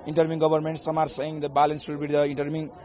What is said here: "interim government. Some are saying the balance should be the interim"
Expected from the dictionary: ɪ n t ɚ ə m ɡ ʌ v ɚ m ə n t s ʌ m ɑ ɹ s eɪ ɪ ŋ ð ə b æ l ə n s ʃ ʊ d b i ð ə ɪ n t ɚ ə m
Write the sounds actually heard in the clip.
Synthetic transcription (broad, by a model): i n t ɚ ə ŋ ɡ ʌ b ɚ m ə n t s ʌ m ɑ ɹ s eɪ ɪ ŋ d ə b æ l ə n s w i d b i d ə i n t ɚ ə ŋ